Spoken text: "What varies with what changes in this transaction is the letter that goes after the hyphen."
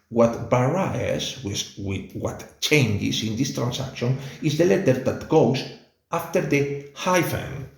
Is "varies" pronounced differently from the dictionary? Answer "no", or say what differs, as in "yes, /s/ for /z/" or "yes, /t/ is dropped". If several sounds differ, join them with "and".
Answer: yes, /b/ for /v/